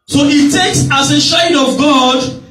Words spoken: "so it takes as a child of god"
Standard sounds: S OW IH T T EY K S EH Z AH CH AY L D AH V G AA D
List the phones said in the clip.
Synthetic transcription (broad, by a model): S OW IH T T EY K S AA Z AH SH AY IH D AH V G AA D